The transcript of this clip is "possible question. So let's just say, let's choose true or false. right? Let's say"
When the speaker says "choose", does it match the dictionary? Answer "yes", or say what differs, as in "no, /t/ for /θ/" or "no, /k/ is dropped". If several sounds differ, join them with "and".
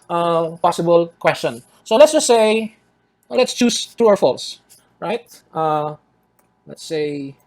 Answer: no, /s/ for /z/